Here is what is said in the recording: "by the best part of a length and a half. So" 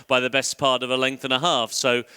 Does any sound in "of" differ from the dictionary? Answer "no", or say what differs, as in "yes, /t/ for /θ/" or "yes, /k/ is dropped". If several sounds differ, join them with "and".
no